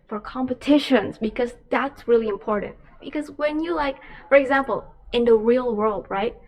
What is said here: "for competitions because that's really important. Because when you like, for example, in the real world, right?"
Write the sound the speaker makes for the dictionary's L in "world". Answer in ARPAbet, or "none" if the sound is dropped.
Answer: L